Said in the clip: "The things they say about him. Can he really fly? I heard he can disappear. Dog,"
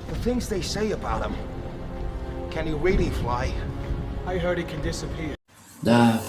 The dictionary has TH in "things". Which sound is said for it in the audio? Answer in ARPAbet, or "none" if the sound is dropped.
TH